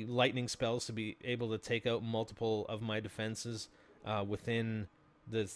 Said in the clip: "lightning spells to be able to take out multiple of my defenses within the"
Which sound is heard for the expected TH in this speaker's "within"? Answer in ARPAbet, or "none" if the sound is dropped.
TH